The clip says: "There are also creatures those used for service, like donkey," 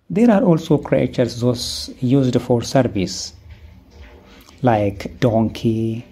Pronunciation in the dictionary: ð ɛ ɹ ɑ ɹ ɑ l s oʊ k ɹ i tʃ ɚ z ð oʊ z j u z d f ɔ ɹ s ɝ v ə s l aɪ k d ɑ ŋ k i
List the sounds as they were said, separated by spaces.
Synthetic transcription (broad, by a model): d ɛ ɹ ɑ ɹ ɑ l s oʊ k ɹ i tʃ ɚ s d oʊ s j u z d f ɔ ɹ s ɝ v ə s l aɪ k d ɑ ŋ k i